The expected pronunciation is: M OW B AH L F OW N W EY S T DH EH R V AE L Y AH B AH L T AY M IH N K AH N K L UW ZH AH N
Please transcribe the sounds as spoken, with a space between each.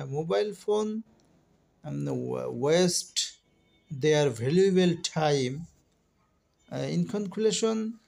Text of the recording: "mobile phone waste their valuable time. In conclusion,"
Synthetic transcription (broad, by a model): M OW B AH L F OW N W EY S T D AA R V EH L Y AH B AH L T AY M IH N K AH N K L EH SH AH N